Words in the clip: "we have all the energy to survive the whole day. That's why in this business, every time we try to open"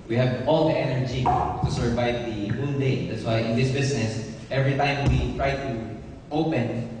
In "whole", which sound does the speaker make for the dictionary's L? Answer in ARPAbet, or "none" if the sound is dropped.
N